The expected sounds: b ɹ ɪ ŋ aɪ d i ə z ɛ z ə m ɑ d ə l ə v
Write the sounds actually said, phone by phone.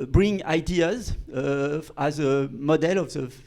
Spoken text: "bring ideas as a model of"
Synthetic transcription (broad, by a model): b ɹ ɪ ŋ aɪ d i ə z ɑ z ə m ɑ d ə l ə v